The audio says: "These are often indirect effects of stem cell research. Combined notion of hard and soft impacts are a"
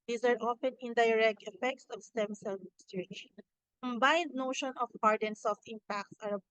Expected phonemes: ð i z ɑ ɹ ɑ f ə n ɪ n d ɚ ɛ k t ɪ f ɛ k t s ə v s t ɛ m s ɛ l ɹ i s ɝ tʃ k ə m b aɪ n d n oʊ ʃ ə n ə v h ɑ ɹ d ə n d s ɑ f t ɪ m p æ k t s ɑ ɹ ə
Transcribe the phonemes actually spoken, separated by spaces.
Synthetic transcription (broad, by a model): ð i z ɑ ɹ ɑ f ə n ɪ n d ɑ ɛ k t ɪ f ɛ k t s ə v s t ɛ m s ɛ l ɹ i ʃ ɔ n k ə m b aɪ n d n oʊ ʃ ə n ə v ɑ ɹ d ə n s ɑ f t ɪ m p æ k t s ɑ ɹ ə